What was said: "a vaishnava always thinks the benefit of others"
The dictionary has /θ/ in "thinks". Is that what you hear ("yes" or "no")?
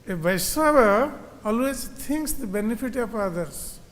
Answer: no